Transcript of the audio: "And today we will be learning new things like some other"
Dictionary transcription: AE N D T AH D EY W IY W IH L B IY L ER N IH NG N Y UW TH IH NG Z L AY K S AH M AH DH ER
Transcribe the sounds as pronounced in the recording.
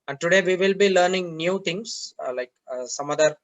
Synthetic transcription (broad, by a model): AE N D T AH D EY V IY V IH L B IY L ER N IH NG N Y UW T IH NG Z L AY K S AH M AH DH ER